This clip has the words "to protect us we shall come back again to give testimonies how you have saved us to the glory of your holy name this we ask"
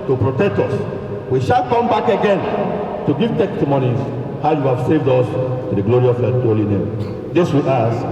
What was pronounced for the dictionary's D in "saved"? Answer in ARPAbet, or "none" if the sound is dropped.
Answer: D